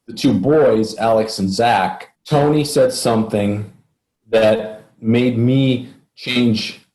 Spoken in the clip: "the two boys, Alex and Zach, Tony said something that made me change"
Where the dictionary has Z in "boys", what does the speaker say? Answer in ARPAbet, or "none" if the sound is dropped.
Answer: Z